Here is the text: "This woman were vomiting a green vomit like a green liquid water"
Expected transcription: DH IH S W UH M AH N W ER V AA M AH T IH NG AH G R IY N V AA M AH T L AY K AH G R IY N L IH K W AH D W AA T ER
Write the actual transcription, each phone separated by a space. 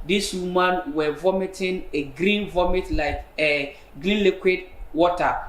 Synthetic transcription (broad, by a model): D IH S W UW M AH N W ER V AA M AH T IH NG AH G R IY N V AA M AH T L AY K AH G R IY N L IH K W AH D W AA T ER